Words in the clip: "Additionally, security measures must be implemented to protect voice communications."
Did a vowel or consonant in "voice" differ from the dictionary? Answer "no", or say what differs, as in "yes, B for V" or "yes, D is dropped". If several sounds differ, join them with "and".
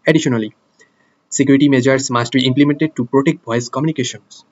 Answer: yes, B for V